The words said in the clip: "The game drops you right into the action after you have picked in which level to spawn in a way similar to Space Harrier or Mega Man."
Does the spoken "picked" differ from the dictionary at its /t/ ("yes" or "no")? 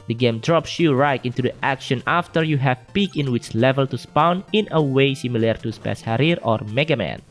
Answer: yes